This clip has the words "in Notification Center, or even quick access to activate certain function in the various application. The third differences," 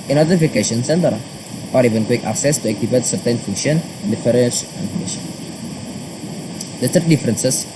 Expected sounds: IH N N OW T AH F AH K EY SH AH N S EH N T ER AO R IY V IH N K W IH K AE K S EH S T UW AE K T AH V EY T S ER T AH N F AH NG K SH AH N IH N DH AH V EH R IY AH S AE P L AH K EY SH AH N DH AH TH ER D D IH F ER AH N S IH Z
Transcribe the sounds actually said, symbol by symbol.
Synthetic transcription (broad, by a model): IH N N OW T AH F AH K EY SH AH N S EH N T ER AO R IY V IH N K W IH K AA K S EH S T UW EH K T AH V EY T S ER T AH N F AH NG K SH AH N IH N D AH F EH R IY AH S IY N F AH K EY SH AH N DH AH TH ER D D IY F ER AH N S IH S